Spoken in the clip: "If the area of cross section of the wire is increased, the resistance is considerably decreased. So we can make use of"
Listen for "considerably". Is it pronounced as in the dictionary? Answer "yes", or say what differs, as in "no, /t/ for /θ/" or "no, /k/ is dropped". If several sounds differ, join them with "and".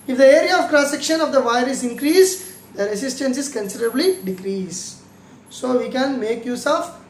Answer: yes